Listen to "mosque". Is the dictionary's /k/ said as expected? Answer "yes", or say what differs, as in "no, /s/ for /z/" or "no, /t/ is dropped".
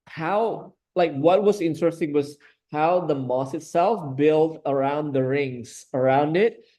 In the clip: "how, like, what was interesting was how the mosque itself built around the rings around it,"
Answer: no, /k/ is dropped